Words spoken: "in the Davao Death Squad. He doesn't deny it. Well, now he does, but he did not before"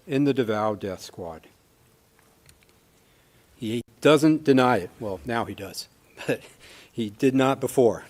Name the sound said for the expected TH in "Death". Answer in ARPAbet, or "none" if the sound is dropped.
TH